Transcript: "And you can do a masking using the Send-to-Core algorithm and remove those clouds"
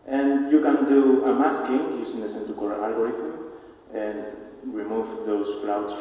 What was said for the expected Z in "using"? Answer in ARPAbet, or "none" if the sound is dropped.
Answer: S